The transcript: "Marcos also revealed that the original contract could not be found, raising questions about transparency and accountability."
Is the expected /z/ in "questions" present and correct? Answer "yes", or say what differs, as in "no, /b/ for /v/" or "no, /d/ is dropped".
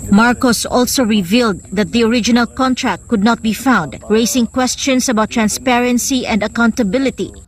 no, /s/ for /z/